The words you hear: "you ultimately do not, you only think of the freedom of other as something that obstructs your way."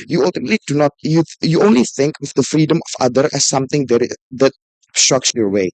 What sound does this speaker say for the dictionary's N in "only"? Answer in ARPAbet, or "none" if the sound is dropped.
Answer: N